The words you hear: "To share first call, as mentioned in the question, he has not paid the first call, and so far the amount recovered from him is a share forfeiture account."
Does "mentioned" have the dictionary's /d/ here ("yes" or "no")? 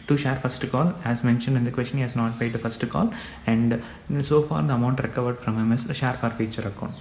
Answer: yes